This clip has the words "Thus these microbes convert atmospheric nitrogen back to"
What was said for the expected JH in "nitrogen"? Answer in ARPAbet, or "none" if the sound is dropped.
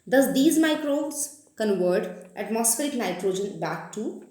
JH